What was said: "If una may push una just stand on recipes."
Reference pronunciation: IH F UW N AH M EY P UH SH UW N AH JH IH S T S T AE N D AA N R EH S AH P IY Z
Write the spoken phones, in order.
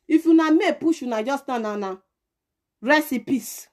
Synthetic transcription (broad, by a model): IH F UW N AH M EY P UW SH UW N AH JH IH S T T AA N AA N R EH S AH P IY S